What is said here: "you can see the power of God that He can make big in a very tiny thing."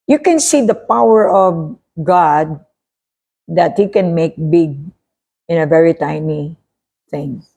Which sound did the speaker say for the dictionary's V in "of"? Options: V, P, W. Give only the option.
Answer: V